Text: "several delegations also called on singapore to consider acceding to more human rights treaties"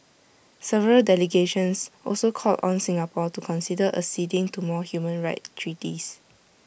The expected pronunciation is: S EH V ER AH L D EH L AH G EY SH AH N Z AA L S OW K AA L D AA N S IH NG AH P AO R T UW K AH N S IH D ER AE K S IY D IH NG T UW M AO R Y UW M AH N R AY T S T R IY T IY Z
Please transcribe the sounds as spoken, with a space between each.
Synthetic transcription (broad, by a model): S EH V ER AH L D EH L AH G EY SH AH N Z AA L S OW K AA L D AA N S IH NG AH P AO T UW K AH N S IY D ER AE S IY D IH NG T UW M AO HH Y UW M AH N R AY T T R IY T IY S